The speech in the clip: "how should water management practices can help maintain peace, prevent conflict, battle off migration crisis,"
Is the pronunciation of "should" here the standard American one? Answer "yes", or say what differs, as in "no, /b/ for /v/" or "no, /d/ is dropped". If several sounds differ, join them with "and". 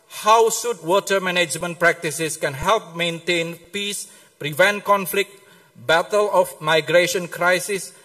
no, /s/ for /ʃ/